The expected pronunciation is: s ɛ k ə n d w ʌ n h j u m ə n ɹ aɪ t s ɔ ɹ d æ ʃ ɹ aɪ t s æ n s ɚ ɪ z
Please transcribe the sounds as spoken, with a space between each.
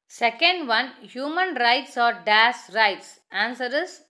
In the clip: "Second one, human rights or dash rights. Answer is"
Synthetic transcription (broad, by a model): s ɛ k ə n d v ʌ n h j u m ə n ɹ aɪ t s ɔ ɹ d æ s ɹ aɪ t s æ n s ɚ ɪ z